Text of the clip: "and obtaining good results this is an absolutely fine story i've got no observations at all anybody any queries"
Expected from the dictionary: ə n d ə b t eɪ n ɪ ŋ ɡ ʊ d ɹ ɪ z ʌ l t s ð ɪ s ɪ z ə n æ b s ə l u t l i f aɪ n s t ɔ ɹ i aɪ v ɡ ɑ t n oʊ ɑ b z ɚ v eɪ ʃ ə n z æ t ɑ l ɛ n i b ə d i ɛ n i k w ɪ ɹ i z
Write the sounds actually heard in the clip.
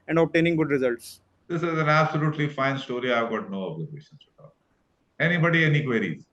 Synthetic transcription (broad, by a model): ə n d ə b t eɪ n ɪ ŋ ɡ ʊ d ɹ ɪ z ʌ l t s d ɪ s ɪ z ə n æ b s ə l u t l i f aɪ n s t ɔ ɹ i aɪ v ɡ ɑ t n oʊ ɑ b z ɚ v eɪ ʃ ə n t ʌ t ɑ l ɛ n i b ə d i ɛ n i k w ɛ ɹ i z